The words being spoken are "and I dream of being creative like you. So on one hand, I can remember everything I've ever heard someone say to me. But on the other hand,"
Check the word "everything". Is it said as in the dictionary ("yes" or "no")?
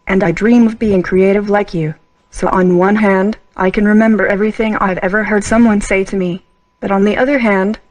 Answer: yes